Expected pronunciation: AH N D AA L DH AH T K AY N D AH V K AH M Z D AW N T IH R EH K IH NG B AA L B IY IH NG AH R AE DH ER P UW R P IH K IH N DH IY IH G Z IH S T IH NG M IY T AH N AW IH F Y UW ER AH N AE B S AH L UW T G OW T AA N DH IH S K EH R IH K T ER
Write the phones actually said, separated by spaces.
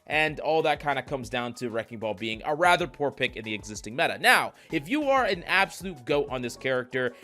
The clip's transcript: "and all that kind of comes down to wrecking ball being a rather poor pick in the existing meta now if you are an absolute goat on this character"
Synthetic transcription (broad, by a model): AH N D AA L DH AH T K AY N D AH K AH M Z D AW N T IH R EH K IH NG B AA L B IY IH NG AH R AE DH ER P UW R P IH K IH N DH IY IH G Z IH S T IH NG M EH T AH N AW IH F Y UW ER AH N AE B S AH L UW T G OW T N DH IH S K EH R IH K T ER